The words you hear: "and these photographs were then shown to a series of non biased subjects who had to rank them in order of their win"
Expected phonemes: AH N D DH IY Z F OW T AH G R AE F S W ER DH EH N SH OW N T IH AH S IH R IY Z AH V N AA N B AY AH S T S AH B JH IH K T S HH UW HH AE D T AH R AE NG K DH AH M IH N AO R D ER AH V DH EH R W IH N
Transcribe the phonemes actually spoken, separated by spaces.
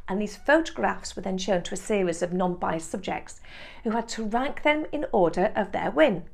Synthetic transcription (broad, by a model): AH N DH IY Z F OW T AH G R AE F S W ER DH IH N SH OW N T IH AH S IH R IY Z AH V N AA N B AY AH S S AH B JH IH K T S HH UW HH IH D T AH R AE NG K DH AH M IH N AO R D ER AH V DH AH R W IH N